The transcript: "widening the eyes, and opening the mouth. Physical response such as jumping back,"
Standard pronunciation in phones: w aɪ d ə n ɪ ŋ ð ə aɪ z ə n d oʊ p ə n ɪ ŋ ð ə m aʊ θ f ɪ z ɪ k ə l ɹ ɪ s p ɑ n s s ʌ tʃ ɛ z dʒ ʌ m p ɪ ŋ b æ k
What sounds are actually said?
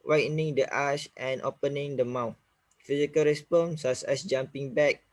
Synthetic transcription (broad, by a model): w aɪ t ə n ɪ ŋ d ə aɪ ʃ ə n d oʊ p ə n ɪ ŋ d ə m aʊ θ f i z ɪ k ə l ɹ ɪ s p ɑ n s s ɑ s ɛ s dʒ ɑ m p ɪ ŋ b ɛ k